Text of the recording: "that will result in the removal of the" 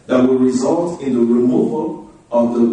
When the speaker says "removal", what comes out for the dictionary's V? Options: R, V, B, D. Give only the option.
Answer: V